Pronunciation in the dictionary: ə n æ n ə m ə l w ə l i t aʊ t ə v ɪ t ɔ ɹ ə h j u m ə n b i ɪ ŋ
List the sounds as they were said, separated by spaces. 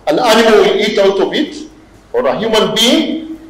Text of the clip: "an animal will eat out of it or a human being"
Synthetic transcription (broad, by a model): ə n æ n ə m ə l w ə l i t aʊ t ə b ɪ t ɔ ɹ ə h j u m ə n b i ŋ